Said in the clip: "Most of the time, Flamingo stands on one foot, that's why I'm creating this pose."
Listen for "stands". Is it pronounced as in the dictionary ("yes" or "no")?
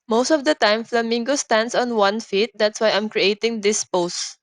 no